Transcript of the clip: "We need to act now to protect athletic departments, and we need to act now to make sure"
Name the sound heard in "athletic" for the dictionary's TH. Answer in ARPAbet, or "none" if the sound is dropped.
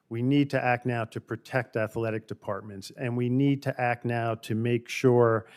TH